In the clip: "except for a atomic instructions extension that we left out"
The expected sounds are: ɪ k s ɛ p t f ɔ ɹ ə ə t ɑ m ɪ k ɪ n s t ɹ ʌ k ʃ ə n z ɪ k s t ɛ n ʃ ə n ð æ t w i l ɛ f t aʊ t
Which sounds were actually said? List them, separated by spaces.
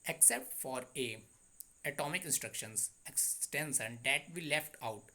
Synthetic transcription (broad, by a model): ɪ k s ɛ p t f ɔ ɹ ə ə t ɑ m ɪ k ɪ n s t ɹ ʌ k ʃ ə n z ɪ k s t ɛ n s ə n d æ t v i l ɛ f t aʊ t